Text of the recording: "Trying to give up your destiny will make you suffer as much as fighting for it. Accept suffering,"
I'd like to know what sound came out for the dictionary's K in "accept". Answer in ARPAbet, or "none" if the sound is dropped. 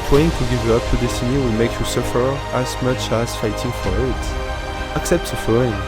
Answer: K